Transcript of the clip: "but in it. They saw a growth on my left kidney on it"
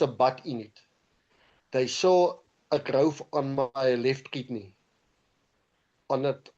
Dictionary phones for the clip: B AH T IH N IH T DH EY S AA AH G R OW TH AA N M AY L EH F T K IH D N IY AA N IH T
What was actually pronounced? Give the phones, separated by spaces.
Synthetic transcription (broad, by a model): B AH T IH N IH T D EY S AA AH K R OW F AA N M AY L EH F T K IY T N IY AA N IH T